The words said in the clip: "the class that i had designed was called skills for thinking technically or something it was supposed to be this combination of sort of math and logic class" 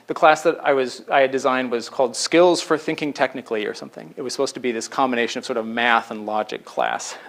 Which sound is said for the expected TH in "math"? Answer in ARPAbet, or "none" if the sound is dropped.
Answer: TH